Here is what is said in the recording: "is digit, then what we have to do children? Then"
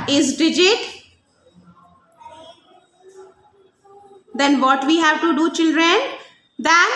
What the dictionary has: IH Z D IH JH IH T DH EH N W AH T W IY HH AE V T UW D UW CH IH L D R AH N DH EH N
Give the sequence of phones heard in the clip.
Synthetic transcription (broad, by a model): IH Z D IH JH IH T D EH N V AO T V IY HH AE V T UW D UW CH IH L D R AH N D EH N